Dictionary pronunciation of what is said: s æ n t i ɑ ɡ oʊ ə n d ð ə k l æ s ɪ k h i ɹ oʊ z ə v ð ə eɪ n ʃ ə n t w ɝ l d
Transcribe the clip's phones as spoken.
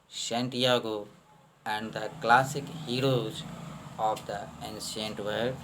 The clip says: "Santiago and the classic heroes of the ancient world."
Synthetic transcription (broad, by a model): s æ n t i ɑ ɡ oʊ ə n d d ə k l æ s ɪ k h i ɹ oʊ z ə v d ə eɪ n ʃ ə n t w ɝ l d